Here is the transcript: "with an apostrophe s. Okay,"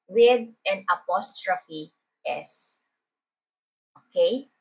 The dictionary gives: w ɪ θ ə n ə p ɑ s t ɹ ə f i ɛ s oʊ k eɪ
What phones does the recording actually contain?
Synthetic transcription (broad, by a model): w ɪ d ə n ə p ɑ s t ɹ ə f i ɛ s oʊ k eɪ